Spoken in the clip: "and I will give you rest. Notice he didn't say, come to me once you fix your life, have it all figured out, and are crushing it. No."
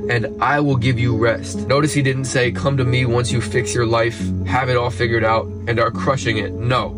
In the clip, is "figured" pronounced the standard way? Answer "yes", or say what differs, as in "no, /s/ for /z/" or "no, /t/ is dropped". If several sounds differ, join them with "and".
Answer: yes